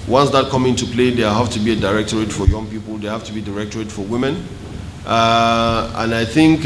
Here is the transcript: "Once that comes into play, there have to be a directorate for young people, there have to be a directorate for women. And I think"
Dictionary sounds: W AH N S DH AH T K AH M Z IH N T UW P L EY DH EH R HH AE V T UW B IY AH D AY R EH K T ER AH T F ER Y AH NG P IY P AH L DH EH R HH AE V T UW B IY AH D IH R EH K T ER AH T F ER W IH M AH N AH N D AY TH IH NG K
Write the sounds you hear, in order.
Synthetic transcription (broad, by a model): W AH N S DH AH T K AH M IH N T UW P L EY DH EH HH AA F T UW B IY AH D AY R EH K T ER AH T F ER Y AH NG P IY P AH L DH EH HH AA F T UW B IY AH D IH R EH K T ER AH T F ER W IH M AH N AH N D AY TH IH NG K